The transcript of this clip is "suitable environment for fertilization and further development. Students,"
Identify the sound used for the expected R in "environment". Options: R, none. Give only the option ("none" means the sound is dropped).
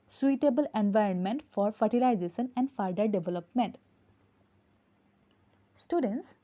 R